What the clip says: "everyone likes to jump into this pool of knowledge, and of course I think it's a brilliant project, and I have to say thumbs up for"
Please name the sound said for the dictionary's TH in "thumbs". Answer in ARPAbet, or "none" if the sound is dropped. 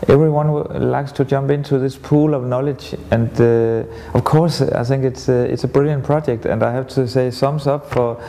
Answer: S